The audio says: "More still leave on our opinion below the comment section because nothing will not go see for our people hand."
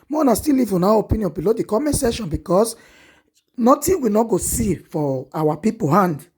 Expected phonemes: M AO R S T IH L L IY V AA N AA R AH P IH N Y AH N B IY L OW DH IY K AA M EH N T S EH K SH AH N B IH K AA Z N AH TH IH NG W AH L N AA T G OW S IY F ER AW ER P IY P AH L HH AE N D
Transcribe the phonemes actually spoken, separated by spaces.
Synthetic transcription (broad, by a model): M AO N S T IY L L IY V AA N AA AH P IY N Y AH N B IY L OW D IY K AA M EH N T S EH SH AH N B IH K AA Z N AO T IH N W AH N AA G OW S IY F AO AW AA P IY P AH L HH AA N D